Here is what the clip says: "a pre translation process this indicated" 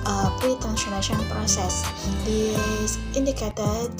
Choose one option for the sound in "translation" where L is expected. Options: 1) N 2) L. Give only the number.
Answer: 1